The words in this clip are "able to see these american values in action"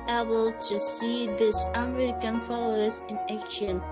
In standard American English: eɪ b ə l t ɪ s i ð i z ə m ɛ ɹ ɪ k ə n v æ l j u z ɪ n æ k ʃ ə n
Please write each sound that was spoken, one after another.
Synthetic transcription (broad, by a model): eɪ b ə l t ɪ s i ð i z ə m ɛ ɹ ɪ k ə n f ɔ l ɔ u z ɪ n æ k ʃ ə n